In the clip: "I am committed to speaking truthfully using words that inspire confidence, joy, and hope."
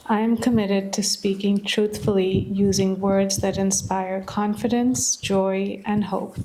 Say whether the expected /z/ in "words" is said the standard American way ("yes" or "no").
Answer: yes